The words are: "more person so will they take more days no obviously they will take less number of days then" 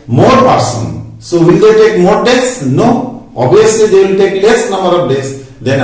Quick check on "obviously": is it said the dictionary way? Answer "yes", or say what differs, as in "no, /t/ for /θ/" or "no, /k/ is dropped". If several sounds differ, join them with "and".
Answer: no, /v/ is dropped